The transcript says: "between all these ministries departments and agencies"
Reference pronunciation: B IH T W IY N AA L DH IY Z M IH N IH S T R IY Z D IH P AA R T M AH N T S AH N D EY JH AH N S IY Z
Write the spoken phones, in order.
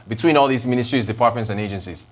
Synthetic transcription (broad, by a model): B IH T W IY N AA L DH IY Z M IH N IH S T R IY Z D IH P AA R T M AH N T S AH N EY JH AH N S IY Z